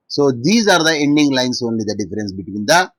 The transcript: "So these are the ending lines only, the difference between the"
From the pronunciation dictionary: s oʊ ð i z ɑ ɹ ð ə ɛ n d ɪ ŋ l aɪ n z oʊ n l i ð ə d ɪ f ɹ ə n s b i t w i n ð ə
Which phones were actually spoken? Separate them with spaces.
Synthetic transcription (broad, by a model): s oʊ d i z ɑ ɹ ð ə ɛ n d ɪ ŋ l aɪ n s oʊ n l i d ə d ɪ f ɹ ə n s b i t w i n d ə